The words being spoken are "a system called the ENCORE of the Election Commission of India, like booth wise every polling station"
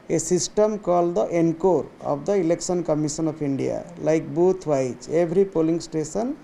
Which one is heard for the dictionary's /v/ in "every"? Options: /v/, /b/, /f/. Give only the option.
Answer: /b/